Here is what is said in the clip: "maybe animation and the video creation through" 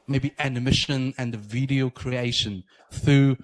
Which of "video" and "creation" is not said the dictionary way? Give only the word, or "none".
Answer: none